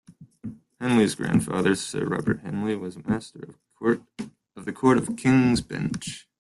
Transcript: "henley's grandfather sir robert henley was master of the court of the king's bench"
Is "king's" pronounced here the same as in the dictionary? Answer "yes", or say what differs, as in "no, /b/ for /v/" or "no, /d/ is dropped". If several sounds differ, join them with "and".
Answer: yes